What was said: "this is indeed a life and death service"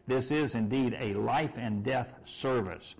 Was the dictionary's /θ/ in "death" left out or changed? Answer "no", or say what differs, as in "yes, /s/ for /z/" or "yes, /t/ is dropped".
no